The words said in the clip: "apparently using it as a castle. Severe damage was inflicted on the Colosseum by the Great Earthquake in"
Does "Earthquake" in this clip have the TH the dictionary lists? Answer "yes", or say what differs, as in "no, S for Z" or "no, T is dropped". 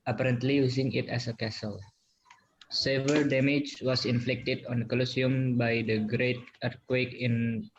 no, T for TH